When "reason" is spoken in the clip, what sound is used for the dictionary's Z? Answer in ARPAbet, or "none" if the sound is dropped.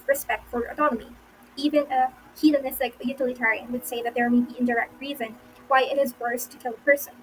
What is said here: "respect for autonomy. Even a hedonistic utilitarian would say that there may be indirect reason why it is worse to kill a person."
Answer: Z